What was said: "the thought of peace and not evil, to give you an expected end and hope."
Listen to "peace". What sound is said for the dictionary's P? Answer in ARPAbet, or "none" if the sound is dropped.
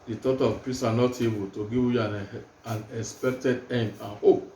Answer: P